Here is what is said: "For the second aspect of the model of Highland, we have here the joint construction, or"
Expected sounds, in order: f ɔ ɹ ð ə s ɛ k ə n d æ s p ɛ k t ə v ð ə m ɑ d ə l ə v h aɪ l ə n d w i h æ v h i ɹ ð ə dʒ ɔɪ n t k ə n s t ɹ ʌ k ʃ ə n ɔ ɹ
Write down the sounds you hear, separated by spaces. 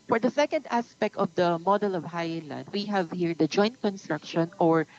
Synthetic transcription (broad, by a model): f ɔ ɹ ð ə s ɛ k ə n d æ s p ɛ k t ə v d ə m ɑ d ə l ə v h aɪ l ə n d w i h æ v h i ɹ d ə dʒ ɔɪ n t k ə n s t ɹ ʌ k ʃ ə n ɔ ɹ